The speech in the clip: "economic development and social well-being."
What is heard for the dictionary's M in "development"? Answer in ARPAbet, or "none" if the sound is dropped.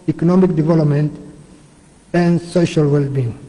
M